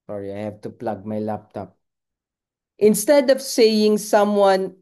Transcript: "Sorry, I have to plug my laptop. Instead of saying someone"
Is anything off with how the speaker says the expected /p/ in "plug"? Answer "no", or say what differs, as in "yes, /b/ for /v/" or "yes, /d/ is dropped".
no